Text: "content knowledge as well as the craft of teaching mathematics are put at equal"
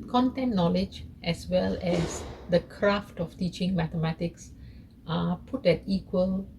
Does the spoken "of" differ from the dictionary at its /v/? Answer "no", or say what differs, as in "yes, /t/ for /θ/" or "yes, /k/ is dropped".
yes, /f/ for /v/